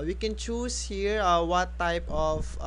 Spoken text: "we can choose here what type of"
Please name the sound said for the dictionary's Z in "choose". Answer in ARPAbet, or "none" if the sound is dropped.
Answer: S